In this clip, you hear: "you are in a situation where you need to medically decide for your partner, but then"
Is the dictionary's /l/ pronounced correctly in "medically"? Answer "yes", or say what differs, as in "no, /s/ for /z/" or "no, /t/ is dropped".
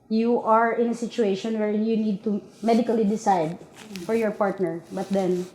yes